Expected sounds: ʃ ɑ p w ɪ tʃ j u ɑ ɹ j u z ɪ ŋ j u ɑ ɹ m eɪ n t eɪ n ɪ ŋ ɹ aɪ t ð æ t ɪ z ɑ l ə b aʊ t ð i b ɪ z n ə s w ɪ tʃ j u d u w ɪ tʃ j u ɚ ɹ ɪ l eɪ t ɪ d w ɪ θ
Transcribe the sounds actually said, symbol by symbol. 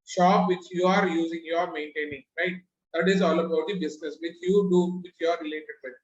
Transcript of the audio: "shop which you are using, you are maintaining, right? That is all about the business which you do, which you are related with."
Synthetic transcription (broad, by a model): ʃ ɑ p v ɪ tʃ j u ɑ ɹ j u z ɪ ŋ j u ɑ ɹ m eɪ n t eɪ n ɪ ŋ ɹ aɪ t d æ t ɪ z ɑ l ə b aʊ t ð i b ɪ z n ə s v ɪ tʃ j u d u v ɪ tʃ j u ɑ ɹ ɪ l eɪ t ɪ d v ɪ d